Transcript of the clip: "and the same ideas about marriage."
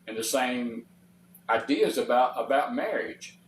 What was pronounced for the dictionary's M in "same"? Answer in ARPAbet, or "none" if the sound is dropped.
M